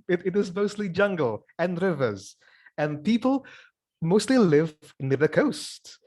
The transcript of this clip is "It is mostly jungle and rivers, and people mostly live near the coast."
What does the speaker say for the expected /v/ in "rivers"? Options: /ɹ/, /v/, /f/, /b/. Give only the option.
/v/